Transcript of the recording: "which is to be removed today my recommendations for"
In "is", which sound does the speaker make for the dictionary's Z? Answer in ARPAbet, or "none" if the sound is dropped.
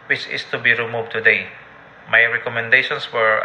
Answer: S